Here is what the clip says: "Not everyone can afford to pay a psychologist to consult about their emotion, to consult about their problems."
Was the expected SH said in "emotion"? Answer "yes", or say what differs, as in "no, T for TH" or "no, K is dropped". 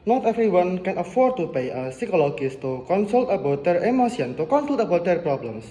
no, S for SH